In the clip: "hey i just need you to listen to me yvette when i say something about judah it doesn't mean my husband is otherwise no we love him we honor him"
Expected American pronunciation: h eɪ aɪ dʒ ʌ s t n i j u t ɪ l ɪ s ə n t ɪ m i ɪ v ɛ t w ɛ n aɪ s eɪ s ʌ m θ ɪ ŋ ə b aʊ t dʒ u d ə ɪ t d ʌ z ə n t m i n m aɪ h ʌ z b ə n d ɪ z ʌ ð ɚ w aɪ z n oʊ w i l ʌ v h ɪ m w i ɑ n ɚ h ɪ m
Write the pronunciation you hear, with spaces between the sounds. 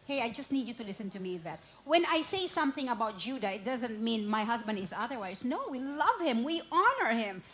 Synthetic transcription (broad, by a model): h eɪ aɪ dʒ ʌ s t n i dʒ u t ɪ l ɪ s ə n t ɪ m i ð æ t w ɛ n aɪ s eɪ s ʌ m θ ɪ ŋ ə b aʊ t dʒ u d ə ɪ t d ʌ z ə n t m i n m aɪ h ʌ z b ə n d ɪ z ʌ ð ɚ w aɪ z n oʊ w i l ʌ v h ɪ m w i ɑ n ɚ h ɪ m